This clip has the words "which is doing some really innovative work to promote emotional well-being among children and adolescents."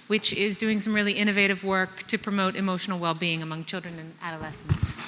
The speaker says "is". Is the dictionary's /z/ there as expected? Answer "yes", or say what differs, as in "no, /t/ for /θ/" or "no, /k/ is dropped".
yes